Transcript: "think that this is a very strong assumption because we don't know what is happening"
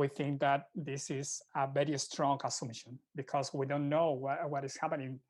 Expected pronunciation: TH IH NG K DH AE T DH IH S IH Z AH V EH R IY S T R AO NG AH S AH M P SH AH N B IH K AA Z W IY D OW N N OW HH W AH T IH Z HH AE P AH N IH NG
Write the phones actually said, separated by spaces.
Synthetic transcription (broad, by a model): TH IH NG K DH AE T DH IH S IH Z AH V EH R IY S T R AO NG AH S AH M SH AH N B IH K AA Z W IY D OW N N OW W W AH T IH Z HH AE P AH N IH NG